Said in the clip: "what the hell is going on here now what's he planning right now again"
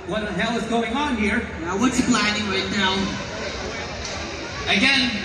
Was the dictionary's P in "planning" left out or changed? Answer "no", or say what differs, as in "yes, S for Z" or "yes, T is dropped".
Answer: yes, B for P